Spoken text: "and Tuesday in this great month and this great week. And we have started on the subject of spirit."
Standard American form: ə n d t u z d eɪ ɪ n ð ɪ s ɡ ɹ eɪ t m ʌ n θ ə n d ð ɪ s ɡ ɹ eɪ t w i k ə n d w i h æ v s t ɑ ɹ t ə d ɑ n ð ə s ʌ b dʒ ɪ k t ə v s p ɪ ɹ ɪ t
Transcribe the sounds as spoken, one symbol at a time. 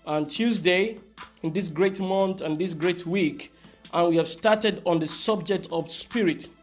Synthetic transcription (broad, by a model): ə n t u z d eɪ ɪ n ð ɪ s ɡ ɹ eɪ t m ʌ n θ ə n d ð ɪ s ɡ ɹ eɪ t w i k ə n w i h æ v s t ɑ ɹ t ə d ɑ n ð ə s ʌ b dʒ ɪ k t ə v s p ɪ ɹ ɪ t